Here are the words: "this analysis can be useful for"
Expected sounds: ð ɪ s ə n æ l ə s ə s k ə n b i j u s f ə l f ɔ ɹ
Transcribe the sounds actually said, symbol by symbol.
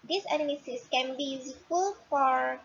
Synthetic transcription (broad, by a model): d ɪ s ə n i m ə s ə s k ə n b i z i f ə l f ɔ ɹ